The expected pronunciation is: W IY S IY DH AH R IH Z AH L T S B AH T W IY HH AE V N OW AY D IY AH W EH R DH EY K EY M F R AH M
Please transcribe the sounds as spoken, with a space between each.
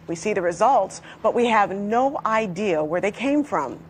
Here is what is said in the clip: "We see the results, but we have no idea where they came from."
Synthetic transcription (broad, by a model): W IY S IY DH AH R IH Z AH L T S B AH T W IY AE V N OW AY D IY AH W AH R DH EY K EY M F R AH M